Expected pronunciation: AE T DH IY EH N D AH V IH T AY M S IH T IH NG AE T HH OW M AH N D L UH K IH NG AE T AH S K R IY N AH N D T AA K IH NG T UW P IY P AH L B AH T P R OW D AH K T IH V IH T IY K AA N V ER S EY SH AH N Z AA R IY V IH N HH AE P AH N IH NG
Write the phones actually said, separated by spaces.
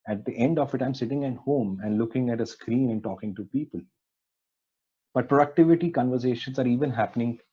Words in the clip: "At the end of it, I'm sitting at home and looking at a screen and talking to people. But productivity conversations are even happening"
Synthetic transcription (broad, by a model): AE T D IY EH N D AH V IH T AY M S IH T IH NG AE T HH OW M AH N D L UH K IH NG AE T AH S K R IY N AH N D T AA K IH NG T UW P IY P AH L B AH T P R OW D AH K T IH V IH T IY K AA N V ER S EY SH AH N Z AA R IY V IH N HH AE P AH N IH NG